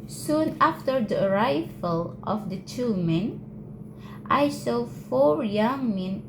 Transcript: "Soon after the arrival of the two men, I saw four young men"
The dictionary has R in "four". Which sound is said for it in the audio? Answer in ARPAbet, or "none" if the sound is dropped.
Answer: R